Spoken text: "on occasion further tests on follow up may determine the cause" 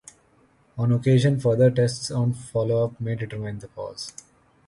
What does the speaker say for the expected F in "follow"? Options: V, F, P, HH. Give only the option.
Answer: F